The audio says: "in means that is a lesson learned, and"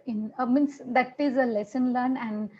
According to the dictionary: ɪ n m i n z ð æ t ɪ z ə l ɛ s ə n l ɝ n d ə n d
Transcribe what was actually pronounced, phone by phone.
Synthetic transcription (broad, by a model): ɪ n m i n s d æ t ɪ z ə l ɛ s ə n l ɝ n ə n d